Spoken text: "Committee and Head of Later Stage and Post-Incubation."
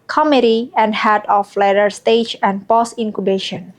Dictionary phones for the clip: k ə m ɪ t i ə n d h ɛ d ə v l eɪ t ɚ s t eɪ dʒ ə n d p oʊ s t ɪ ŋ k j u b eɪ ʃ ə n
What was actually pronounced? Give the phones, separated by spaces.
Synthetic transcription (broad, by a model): k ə m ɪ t i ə n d h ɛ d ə f l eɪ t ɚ s t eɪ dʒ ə n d p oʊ s ɪ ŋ k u b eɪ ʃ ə n